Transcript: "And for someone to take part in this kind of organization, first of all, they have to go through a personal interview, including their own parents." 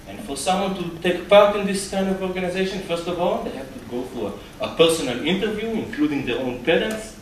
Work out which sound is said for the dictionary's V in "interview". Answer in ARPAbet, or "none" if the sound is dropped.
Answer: V